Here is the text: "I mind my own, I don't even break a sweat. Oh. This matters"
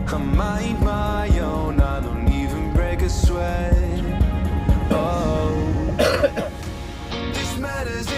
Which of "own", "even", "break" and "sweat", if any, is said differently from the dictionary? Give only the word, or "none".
sweat